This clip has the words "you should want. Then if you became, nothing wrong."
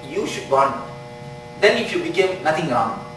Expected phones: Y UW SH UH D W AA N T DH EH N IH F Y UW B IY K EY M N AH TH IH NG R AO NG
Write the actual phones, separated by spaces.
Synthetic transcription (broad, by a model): Y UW SH UH D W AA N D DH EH N IH F Y UW B IY K EY M N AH T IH NG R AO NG